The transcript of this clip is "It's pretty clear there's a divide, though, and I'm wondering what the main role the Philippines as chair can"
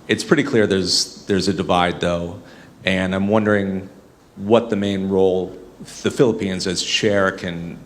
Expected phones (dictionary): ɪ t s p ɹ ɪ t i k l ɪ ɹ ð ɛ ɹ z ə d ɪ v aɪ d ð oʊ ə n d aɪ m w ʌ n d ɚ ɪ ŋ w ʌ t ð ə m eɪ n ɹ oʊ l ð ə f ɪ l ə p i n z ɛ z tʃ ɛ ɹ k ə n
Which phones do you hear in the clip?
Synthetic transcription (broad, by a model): ɪ t s p ɹ ɪ t i k l ɪ ɹ ð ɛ ɹ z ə d ɪ v aɪ d ð oʊ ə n aɪ m w ʌ n d ɚ ɪ ŋ w ʌ t ð ə m eɪ n ɹ oʊ l ð ə f ɪ l ə p i n z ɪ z ʃ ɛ ɹ k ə n